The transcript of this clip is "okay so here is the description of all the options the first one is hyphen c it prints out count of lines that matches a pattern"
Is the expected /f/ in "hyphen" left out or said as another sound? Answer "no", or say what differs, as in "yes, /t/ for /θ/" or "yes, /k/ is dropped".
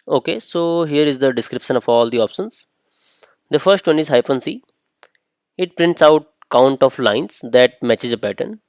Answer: yes, /p/ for /f/